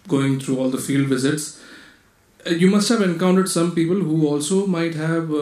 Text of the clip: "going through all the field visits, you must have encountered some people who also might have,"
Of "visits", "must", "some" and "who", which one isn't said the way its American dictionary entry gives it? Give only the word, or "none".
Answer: none